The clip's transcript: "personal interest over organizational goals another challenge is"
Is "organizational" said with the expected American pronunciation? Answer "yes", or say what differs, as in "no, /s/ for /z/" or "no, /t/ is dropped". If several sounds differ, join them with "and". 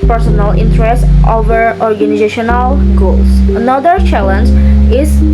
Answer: yes